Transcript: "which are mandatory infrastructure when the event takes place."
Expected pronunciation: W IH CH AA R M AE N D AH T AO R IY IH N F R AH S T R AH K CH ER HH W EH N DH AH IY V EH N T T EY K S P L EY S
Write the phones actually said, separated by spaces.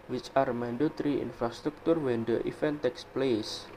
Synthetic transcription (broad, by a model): W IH CH AA R M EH N D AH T R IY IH N F R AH S T R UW K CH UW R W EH N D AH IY F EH N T T EY K S P L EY S